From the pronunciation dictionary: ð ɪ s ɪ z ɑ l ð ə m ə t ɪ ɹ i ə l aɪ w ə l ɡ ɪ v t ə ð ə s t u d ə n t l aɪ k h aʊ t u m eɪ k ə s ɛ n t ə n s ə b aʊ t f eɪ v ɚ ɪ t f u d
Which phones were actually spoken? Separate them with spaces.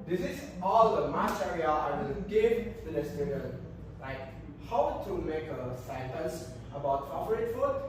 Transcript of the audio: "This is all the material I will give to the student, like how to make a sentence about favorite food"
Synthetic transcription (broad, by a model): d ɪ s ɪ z ɑ l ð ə m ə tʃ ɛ ɹ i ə aɪ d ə n ɡ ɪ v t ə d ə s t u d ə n l aɪ k h aʊ t u m eɪ k ə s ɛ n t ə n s ə b aʊ t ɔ p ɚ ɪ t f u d